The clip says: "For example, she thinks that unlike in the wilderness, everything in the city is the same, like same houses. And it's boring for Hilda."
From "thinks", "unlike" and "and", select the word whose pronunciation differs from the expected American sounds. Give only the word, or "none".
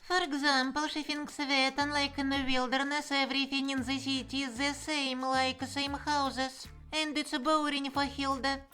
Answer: thinks